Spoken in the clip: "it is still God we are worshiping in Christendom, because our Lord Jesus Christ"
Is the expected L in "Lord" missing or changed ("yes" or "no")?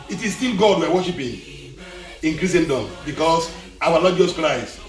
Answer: yes